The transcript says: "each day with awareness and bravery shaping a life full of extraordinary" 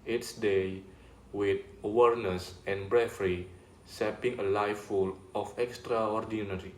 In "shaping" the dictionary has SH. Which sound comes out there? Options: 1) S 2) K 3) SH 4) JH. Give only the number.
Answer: 1